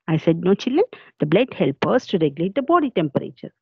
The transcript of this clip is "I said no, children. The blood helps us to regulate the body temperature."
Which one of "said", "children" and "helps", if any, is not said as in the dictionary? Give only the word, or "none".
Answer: helps